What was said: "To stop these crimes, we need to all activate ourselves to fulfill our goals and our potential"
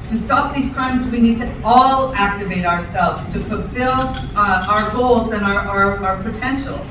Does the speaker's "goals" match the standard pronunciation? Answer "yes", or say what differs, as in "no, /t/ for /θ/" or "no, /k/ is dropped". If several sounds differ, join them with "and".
yes